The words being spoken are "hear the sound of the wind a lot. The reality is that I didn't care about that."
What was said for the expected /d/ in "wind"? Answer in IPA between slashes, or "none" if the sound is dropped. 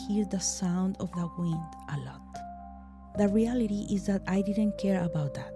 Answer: /d/